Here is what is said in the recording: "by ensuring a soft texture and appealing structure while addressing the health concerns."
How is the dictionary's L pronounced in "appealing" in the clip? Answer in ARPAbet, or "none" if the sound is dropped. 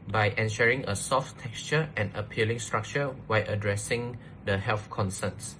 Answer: L